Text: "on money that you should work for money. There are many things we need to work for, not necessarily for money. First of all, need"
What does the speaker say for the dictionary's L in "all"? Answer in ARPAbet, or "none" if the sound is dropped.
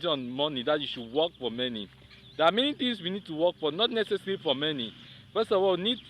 W